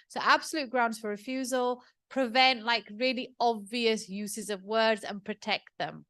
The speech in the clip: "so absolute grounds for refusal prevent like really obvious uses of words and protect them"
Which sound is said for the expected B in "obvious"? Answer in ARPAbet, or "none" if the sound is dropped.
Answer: B